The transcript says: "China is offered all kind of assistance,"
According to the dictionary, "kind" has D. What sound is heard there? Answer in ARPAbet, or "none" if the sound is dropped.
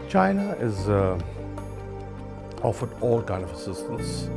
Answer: none